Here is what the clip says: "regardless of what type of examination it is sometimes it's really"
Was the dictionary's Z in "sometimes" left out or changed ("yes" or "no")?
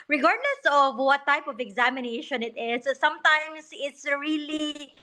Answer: yes